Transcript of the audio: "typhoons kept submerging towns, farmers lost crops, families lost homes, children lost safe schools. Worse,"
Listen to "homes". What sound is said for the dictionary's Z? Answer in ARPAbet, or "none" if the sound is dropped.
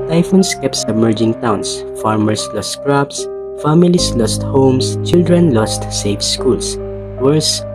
S